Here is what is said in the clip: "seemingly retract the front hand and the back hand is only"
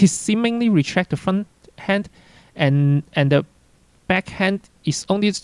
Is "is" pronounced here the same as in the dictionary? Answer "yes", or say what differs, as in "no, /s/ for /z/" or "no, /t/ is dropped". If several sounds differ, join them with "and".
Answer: no, /s/ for /z/